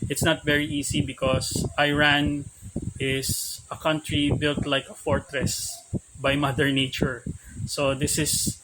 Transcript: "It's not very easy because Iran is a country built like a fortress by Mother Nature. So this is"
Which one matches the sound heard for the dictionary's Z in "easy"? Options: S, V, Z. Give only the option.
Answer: S